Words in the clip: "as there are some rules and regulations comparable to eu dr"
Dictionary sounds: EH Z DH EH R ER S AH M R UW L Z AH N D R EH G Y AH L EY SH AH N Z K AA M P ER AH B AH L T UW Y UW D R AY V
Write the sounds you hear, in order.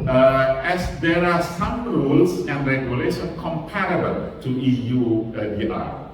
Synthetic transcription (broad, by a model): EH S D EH R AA S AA M R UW L S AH N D R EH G Y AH L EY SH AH N K AA M P ER AH B AH L T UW Y UW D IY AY